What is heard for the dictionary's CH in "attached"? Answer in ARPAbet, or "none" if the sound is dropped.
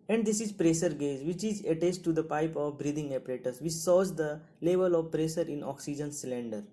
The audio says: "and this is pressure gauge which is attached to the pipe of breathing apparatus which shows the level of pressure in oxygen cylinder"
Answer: S